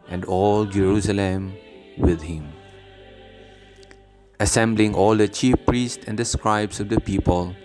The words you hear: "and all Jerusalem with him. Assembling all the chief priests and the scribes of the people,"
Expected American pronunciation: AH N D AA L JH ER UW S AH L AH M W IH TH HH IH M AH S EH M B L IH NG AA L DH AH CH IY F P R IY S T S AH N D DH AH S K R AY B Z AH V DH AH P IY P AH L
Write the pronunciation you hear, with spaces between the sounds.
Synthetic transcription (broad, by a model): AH N D AA L JH ER UW S AH L AH M W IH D HH IH M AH S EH M B L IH NG AA L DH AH CH IY F P R IY S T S AH N D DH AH S K R AY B S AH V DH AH P IY P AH L